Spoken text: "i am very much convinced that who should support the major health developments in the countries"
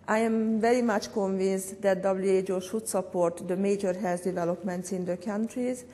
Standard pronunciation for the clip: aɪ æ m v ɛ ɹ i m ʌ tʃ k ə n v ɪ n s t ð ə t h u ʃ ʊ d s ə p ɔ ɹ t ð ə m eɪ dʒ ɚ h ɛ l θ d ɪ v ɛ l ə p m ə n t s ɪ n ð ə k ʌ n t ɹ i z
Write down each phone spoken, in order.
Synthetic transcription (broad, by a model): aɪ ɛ m v ɛ ɹ i m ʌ tʃ k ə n v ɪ n s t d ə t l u ʃ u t s ə p ɔ ɹ t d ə m eɪ dʒ ɚ h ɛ l s d ɪ v ɛ l ə p m ə n t s ɪ n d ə k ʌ n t ɹ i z